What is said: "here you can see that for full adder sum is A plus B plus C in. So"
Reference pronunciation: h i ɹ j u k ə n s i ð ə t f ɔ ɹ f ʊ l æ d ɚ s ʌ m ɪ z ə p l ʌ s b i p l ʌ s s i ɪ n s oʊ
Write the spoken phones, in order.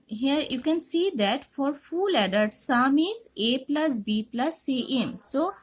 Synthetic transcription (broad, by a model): h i ɹ j u k ə n s i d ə t f ɔ ɹ f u l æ d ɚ s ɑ m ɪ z ə p l ʌ s b i p l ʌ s s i ɪ n s oʊ